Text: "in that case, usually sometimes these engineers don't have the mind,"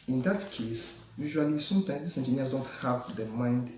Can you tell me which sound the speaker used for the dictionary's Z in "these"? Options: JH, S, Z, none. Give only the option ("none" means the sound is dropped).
S